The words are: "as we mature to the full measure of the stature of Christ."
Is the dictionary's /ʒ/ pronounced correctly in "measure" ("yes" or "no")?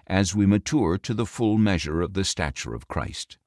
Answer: yes